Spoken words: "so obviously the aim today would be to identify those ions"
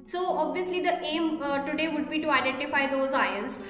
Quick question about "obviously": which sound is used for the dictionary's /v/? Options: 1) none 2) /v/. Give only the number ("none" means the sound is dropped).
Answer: 2